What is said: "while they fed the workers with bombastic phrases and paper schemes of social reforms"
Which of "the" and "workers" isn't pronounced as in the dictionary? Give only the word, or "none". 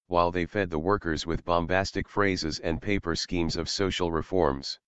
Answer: none